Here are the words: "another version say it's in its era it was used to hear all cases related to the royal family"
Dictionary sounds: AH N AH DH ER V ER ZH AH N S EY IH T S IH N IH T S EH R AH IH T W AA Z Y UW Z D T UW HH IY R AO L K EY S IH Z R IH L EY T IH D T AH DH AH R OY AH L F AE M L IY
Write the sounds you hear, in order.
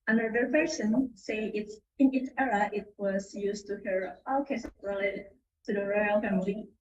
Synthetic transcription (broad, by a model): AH N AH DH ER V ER S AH N S EY IH T S IH N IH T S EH R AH IH T W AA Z Y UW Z T UW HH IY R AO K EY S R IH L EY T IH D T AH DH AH R OY AH L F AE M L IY